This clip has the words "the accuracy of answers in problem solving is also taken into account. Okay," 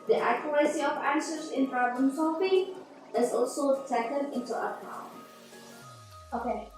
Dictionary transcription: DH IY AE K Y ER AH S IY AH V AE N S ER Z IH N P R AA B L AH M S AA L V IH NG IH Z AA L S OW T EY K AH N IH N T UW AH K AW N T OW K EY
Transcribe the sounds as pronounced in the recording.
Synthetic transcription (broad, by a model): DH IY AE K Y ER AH S IY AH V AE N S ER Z IH N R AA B AH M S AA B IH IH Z AA L S OW T EY K AH N IH N T UW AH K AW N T OW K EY